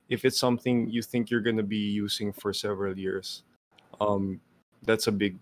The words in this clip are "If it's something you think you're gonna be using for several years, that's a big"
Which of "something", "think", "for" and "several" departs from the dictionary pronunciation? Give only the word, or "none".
none